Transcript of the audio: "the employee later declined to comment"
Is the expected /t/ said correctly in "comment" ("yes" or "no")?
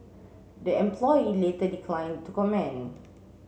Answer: no